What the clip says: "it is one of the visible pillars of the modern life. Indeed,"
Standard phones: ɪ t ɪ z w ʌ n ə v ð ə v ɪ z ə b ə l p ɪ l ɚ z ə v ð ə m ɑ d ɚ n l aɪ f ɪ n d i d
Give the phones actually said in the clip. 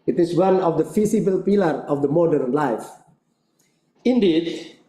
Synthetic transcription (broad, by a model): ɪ t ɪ s w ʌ n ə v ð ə f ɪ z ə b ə l p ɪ l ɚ ə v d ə m ɑ d ɚ n l aɪ f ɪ n d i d